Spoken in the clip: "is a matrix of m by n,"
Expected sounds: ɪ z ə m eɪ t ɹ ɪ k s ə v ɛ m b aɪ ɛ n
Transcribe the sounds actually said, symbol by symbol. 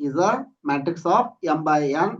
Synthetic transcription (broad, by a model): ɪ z ə m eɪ t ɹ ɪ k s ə p ɛ m b aɪ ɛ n